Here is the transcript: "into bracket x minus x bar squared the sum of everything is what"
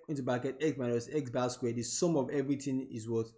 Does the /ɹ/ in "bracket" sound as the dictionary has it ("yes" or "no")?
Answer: no